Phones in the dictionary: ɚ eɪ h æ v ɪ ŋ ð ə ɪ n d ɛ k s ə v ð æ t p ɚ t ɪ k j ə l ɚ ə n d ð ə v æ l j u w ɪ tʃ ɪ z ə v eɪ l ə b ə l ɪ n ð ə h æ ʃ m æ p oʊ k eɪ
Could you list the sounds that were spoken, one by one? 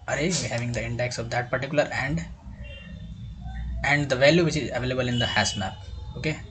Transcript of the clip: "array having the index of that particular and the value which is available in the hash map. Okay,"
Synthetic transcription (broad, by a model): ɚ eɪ h æ v ɪ ŋ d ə ɪ n d ɛ k s ə v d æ t p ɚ t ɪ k j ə l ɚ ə n d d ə v æ l j u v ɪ tʃ ɪ z ə v eɪ l ə b ə l ɪ n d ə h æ s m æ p oʊ k eɪ